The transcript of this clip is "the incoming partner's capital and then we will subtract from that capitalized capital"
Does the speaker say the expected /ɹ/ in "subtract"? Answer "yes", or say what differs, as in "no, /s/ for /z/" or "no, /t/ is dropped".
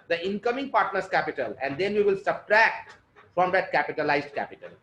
yes